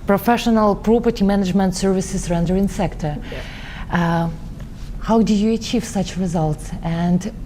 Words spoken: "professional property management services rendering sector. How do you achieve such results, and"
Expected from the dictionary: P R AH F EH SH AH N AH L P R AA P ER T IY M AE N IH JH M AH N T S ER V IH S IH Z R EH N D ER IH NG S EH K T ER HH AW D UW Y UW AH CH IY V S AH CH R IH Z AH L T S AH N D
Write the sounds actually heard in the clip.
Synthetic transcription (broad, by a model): P R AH F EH SH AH N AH L P R AA P ER T IY M AE N IH JH M AH N T S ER V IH S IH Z R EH N D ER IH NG S EH K T ER HH AW D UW Y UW AH CH IY V S AH CH R IH Z AH L T S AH N D